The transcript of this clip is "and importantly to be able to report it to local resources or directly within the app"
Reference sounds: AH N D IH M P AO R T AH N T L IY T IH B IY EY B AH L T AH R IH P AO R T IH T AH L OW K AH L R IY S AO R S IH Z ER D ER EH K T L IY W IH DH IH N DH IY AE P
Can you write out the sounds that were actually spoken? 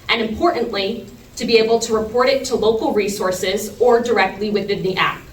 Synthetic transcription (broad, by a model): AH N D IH M P AO R T N T L IY T IH B IY EY B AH L T AH R IH P AO R T IH T AH L OW K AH L R IY S AO R S IH Z ER D ER EH K T L IY W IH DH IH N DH IY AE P